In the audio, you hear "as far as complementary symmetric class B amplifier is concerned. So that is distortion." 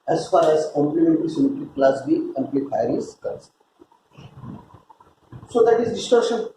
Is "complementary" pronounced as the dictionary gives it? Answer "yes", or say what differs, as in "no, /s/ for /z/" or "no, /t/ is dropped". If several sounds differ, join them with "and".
no, /l/ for /ɹ/